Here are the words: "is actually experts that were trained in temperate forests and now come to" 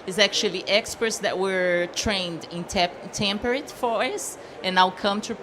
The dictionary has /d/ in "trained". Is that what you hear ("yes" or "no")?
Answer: yes